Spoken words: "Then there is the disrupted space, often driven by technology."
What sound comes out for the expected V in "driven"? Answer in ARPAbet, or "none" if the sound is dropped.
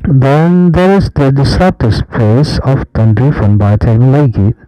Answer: F